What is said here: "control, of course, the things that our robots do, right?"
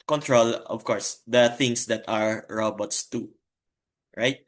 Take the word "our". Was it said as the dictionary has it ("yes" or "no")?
yes